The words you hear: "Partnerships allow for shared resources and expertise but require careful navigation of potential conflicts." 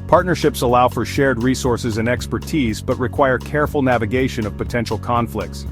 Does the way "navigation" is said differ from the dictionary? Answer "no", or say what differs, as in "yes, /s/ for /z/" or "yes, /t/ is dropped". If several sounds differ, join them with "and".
no